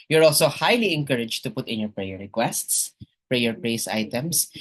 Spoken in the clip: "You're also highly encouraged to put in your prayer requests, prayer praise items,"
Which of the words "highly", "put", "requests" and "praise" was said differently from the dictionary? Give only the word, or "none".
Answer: praise